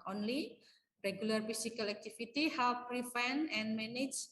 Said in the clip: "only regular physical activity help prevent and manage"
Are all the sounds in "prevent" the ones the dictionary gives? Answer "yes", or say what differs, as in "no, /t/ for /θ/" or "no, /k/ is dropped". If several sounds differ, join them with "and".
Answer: no, /f/ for /v/ and /t/ is dropped